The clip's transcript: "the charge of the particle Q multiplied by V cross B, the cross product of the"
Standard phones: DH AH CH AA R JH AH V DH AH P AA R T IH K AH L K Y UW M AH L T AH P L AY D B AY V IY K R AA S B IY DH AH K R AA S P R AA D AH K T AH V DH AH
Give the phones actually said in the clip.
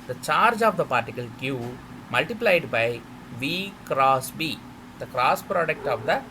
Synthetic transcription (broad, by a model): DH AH CH AA R JH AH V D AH P AA R T IH K AH L K Y UW M AH L T AH P L AY D B AY V IY K R AA S B IY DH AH K R AA S P R AA D AH K T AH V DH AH